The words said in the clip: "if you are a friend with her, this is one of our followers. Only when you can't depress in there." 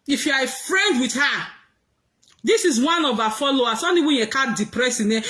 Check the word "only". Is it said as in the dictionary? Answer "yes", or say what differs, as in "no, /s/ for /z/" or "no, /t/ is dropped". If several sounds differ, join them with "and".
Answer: no, /l/ is dropped